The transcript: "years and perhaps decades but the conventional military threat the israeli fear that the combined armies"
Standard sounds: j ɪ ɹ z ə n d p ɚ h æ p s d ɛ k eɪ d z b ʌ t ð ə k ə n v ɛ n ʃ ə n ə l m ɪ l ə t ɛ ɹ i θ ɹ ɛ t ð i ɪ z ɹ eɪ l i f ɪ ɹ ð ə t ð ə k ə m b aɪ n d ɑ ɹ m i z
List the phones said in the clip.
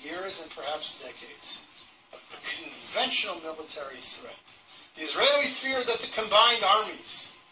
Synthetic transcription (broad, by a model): j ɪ ɹ z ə n p ɚ h æ p s d ɛ k eɪ d z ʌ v ð ə k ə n v ɛ n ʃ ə n l m ɪ l ə t ɛ ɹ i θ ɹ ɛ t ð i ɪ z ɹ eɪ l i f ɪ ɹ ð ə t ð ə k ə m b aɪ n d ɑ ɹ m i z